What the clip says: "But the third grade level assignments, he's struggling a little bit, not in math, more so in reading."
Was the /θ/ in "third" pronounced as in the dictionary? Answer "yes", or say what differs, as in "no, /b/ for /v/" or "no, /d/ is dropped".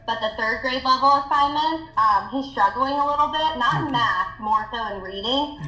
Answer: yes